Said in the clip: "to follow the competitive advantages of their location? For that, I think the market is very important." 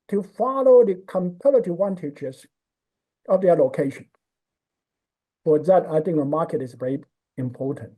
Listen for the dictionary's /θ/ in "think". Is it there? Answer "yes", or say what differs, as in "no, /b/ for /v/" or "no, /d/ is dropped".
yes